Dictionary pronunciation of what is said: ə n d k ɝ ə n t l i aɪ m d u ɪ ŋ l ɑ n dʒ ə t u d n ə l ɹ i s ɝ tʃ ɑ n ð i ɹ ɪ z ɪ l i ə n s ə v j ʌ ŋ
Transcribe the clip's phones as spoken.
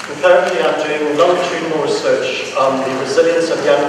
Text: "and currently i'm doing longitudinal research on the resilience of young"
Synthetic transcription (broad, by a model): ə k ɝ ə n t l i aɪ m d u ɪ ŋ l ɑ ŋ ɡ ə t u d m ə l ɹ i s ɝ tʃ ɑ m ð i ɹ ɪ z ɪ l i ə n s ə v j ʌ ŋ